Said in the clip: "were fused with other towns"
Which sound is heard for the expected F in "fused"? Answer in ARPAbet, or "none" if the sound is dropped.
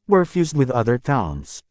F